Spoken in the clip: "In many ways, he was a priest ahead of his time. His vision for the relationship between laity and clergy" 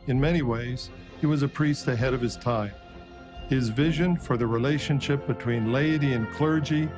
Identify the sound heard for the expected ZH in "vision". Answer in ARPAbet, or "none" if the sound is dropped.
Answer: ZH